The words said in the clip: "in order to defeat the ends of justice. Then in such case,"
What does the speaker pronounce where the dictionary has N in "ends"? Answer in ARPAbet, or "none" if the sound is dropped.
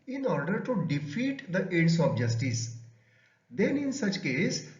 none